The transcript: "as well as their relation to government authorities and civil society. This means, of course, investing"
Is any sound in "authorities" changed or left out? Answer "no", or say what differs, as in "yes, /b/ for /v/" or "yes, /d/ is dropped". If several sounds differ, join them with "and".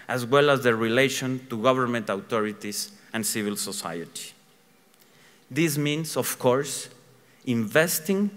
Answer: yes, /t/ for /θ/